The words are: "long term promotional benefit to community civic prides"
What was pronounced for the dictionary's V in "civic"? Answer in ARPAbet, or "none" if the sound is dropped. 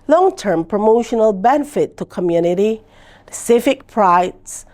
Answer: F